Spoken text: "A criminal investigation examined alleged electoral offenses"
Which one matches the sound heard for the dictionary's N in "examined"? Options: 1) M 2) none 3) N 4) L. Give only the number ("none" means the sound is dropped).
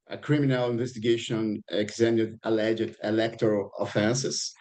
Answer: 2